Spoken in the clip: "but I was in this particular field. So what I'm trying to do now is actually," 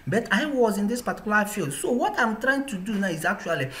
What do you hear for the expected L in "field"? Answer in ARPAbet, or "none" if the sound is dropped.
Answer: L